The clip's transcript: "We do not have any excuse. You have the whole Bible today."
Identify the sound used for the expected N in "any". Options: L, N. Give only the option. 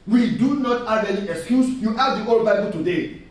L